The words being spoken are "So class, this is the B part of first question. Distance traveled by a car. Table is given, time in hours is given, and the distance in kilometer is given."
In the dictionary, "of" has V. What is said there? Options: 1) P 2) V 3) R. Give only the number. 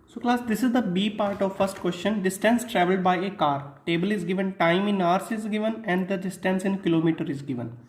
2